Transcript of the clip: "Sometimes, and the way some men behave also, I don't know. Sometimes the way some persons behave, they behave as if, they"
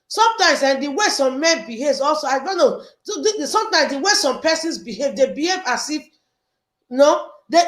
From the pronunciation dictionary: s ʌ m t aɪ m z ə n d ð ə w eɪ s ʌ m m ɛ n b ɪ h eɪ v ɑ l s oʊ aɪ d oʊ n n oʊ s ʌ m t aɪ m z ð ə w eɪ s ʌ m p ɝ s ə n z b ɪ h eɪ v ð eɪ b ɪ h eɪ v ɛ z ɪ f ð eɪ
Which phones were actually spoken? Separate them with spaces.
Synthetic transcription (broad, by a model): s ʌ m t aɪ m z ə n d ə w eɪ s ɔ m m ɛ n b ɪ h eɪ v ɑ l s oʊ aɪ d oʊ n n oʊ s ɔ m t aɪ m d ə w eɪ s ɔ m p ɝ s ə n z b ɪ h eɪ v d eɪ b ɪ h eɪ v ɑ s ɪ f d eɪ